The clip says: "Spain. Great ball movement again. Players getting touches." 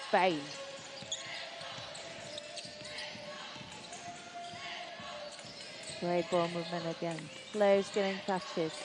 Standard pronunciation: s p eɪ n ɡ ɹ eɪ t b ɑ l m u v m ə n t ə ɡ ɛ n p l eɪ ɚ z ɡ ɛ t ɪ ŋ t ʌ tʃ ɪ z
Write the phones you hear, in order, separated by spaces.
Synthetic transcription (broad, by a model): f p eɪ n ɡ ɹ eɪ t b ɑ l m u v m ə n ə ɡ ɛ n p l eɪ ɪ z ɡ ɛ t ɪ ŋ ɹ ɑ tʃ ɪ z